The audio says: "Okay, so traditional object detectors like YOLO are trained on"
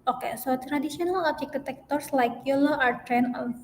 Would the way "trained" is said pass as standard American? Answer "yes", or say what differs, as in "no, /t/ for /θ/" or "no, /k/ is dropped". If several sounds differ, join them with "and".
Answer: no, /d/ is dropped